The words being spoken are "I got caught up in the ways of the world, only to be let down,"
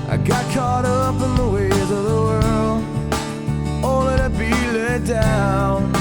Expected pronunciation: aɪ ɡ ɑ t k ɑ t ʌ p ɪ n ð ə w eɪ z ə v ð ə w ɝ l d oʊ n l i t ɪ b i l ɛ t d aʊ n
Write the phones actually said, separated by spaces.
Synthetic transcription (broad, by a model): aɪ ɡ ɑ t k ɑ t ʌ p ɪ n ð ə w eɪ z ə v ð ə w ɝ l d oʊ l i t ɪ b i l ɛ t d aʊ n